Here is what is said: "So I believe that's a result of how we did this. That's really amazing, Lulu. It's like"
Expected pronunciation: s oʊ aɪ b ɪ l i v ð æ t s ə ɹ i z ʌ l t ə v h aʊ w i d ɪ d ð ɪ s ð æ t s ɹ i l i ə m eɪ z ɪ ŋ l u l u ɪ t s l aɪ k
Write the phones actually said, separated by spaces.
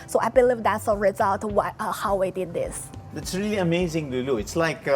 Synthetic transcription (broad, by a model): s oʊ aɪ b ɪ l i v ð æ t s ə ɹ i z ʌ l t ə w h aʊ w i d ɪ d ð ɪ s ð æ t s ɹ i l i ə m eɪ z ɪ ŋ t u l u ɪ t s l aɪ k